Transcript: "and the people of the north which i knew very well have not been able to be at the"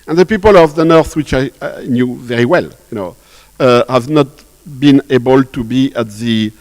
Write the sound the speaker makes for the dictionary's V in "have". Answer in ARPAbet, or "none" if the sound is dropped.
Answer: V